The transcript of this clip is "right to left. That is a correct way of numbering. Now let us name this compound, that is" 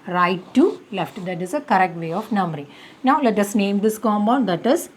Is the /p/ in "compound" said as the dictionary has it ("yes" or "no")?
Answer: no